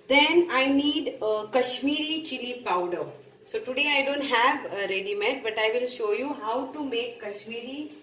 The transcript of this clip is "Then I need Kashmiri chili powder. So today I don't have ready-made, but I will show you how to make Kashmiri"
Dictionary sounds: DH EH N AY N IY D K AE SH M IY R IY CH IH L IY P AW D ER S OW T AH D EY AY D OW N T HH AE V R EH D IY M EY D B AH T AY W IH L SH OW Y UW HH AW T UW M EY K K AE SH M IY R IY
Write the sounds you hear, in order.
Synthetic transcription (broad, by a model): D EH N AY N IY D K AE SH M IY R IY CH IH L IY P AW D ER S OW T AH D EY AY D OW N T HH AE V R EH D IY M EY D B AH T AY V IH L SH OW Y UW HH AW T UW M EY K K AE SH M IY R IY